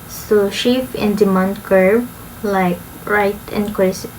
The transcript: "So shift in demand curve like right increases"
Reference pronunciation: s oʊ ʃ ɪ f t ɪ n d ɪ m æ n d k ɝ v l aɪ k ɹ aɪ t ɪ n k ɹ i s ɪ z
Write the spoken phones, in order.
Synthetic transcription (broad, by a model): s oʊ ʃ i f ɪ n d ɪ m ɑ n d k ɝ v l aɪ k ɹ aɪ t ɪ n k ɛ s